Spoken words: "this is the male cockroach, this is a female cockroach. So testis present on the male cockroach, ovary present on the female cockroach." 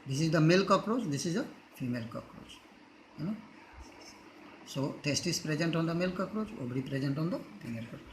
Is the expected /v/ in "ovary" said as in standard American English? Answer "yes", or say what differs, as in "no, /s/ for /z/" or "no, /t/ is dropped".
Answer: no, /b/ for /v/